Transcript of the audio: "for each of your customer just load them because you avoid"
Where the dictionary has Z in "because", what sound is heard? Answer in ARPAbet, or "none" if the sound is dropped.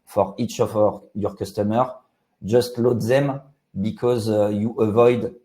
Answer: Z